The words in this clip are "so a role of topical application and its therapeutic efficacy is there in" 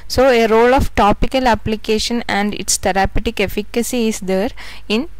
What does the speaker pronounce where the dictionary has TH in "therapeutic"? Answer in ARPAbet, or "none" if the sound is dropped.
T